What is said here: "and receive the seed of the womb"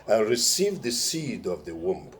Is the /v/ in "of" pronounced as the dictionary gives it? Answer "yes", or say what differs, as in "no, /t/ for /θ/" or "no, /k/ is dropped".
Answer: yes